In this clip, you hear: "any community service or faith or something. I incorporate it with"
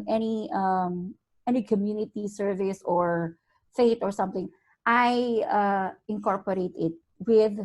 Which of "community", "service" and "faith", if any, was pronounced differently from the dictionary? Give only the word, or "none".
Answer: faith